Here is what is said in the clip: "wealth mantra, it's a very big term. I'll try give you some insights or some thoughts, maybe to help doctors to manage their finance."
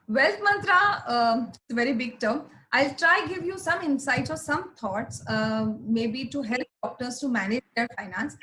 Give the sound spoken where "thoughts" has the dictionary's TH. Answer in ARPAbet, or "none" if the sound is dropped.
T